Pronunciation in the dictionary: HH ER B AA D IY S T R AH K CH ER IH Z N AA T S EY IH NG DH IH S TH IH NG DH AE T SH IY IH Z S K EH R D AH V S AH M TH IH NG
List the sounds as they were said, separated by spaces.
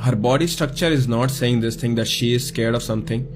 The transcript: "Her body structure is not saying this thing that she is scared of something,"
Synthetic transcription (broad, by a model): HH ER B AA D IY S T R AH K CH ER IH Z N AA T S EY IH NG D IH S T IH NG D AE T SH IY IH Z S K EH R D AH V S AH M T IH NG